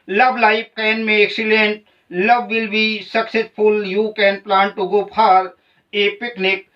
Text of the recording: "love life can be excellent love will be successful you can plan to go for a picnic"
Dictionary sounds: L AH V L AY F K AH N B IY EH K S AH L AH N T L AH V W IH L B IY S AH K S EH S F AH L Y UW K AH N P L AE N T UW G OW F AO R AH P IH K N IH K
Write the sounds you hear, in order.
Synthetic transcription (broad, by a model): L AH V L AY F K AH N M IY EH K S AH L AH N T L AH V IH L B IY S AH K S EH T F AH L Y UW K AH N P L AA N T UW G OW P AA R AH P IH K N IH K